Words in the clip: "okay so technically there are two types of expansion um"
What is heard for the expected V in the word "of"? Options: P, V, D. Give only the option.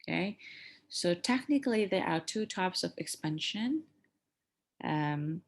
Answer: V